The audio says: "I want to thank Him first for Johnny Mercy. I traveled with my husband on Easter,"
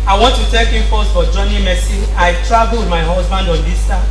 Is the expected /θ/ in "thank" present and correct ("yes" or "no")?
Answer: no